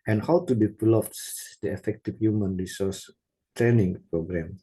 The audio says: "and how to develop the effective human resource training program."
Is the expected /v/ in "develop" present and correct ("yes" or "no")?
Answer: no